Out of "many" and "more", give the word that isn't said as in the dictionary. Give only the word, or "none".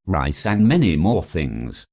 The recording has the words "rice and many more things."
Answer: none